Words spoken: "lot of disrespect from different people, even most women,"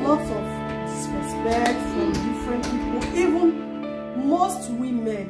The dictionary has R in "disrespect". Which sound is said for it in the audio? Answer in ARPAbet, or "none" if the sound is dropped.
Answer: W